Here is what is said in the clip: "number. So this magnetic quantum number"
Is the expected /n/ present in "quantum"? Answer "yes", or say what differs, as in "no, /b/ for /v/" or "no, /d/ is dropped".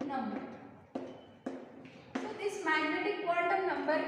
no, /l/ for /n/